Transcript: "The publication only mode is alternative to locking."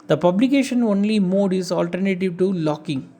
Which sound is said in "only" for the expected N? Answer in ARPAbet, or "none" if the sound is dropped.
N